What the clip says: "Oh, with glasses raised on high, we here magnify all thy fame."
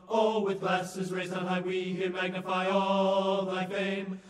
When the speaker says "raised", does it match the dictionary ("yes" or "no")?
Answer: no